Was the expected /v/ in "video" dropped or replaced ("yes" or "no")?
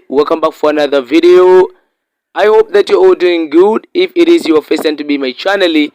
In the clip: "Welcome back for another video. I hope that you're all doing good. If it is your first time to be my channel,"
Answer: no